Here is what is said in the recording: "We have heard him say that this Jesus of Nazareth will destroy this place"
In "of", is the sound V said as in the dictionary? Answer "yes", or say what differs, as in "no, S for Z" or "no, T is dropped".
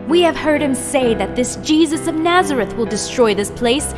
yes